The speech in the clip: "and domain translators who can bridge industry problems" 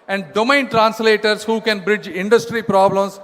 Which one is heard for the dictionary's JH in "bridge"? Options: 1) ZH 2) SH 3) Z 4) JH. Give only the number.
4